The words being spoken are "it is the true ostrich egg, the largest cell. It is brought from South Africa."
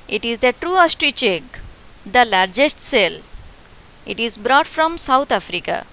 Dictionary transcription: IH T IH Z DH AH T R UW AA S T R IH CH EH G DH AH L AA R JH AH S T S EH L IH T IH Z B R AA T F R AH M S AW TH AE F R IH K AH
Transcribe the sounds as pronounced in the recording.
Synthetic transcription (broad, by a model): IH T IH Z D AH T R UW AA S T R IH CH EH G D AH L AA R JH AH S T S EH L IH T IH Z B R AA T F R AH M S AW T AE F R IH K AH